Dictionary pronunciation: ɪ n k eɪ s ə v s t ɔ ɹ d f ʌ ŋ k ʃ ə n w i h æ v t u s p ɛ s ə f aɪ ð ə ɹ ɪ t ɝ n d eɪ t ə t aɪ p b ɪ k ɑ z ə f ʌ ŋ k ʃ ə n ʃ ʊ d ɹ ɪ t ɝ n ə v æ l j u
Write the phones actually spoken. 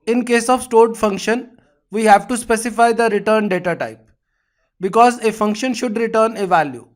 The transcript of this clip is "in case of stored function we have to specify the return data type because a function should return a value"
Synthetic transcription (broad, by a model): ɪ n k eɪ s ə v s t ɔ ɹ d f ʌ ŋ k ʃ ə n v i h æ v t u s p ɛ s ə f aɪ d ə ɹ ɪ t ɝ n d eɪ t ə t aɪ p b ɪ k ɑ z ə f ʌ ŋ k ʃ ə n ʃ ʊ d ɹ ɪ t ɝ n ə v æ l j u